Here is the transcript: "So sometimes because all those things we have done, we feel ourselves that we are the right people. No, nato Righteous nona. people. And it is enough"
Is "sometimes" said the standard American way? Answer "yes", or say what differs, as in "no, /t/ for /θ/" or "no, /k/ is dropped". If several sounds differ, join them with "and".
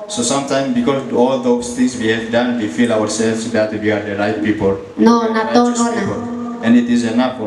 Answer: no, /z/ is dropped